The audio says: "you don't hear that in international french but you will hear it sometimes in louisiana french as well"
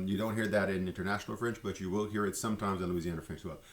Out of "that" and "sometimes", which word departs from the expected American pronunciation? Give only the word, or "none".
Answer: none